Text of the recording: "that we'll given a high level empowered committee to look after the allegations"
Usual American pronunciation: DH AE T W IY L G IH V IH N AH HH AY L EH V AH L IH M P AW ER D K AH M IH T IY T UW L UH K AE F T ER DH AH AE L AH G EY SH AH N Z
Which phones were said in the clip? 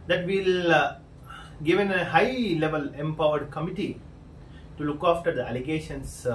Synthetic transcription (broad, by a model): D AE T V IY L G IH V IH N AH HH AY L EH V AH L IH M P AW ER D K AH M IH T IY T UW L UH K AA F T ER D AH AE L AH G EY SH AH N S